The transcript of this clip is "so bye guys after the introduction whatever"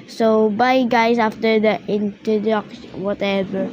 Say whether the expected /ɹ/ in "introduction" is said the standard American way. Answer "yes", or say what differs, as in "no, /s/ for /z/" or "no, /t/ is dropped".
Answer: no, /ɹ/ is dropped